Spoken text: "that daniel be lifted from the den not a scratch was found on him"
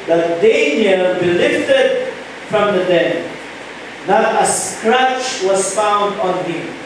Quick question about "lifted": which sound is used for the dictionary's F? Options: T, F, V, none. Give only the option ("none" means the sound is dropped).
F